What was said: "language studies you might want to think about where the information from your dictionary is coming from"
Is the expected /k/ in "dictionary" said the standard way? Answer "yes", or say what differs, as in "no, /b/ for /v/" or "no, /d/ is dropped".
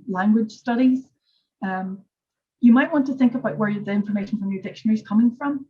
yes